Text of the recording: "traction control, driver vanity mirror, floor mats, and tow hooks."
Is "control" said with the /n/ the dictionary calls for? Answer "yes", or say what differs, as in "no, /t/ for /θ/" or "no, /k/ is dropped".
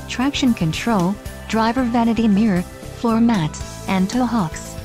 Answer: yes